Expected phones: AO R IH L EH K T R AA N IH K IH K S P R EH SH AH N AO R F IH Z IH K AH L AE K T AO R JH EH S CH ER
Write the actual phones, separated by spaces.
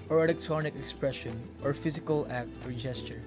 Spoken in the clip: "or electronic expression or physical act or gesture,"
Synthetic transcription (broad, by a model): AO R IH L EH K T R AA N IH K IH K S P R EH SH AH N AO R F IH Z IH K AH L AE K T AO R JH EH S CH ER